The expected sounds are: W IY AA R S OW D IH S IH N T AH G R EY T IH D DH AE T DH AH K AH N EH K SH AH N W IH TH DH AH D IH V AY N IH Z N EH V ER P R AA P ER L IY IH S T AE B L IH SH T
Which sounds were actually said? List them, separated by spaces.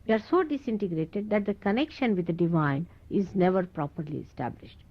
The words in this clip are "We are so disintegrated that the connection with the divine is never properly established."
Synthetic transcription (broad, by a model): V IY AA R S OW D IH S IH N T AH G R EY T IH D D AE T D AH K AH N EH K SH AH N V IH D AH D IH V AY N IH Z N EH V ER P R AA P ER L IY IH S T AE B L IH SH T